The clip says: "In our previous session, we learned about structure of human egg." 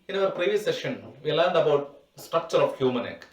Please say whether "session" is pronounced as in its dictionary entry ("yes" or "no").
yes